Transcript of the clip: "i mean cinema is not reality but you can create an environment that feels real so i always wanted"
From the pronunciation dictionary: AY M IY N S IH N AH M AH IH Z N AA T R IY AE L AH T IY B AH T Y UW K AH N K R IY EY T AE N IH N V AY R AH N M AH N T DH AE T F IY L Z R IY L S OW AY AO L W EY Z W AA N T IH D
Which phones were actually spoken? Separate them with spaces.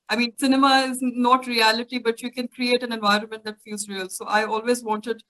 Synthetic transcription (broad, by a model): AY M IY N S IH N AH M AH IH Z N AA T R IY AE L AH T IY B AH T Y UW K AH N K R IY EY T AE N IH N V AY R AH N M AH N T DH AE T F IY L Z R IY L S OW AY AO L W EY Z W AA N T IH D